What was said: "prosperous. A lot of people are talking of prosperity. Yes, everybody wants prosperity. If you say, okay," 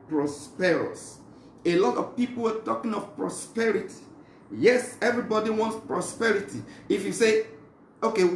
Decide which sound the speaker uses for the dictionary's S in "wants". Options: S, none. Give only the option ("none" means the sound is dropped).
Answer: S